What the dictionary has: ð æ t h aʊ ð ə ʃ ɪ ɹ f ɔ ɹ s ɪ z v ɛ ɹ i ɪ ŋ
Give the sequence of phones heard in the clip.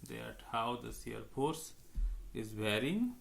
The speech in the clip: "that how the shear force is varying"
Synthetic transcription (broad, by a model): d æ t h aʊ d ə s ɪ ɹ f ɔ ɹ s ɪ z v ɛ ɹ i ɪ ŋ